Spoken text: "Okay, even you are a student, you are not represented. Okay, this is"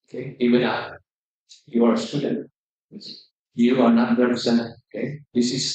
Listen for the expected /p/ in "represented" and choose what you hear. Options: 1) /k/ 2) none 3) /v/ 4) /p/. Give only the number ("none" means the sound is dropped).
2